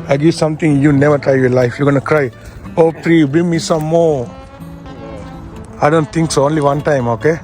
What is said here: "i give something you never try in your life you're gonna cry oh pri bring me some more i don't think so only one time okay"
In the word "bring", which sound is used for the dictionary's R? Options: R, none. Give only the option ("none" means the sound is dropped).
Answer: none